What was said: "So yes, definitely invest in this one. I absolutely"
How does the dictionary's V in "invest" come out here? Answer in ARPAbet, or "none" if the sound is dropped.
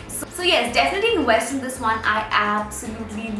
W